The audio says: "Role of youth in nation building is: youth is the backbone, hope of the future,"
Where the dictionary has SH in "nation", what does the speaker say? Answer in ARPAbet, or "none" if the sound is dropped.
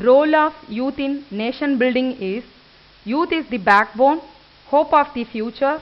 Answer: SH